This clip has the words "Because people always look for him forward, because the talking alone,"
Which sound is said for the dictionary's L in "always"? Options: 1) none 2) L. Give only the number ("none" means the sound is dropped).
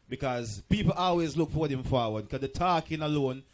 2